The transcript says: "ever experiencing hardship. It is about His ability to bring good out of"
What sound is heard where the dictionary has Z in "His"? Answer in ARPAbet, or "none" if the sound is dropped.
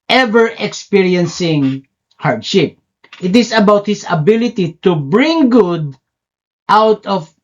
S